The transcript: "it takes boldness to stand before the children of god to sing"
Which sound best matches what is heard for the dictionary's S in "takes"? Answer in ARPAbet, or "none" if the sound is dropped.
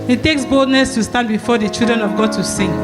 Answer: S